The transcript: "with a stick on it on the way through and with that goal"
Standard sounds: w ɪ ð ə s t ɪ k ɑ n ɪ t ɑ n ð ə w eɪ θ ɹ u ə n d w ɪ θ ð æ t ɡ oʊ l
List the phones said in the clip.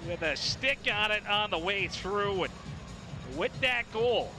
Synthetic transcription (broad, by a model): w ɪ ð ə s t ɪ k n ɪ t n ð ə w eɪ θ ɹ u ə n w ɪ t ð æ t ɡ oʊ l